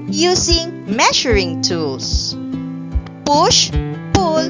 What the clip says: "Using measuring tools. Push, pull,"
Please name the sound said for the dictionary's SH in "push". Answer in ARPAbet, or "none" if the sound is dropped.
SH